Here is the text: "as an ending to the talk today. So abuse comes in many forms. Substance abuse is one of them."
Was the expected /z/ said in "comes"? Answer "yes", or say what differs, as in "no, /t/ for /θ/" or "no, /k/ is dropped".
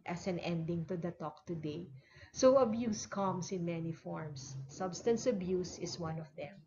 no, /s/ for /z/